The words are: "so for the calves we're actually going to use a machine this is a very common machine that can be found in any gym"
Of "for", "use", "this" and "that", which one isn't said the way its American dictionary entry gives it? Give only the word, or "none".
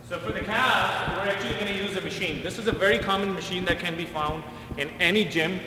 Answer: none